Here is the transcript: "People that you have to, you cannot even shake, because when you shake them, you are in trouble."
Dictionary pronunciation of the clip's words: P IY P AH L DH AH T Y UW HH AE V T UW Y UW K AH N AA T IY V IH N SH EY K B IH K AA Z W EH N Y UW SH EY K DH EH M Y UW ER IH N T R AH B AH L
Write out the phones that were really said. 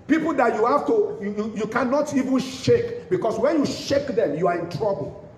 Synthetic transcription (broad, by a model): P IY P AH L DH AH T Y UW HH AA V T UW Y UW K AH N AA T IY V IH N SH EY K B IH K AA S W EH N Y UW SH EY K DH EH M Y UW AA IH N T R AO B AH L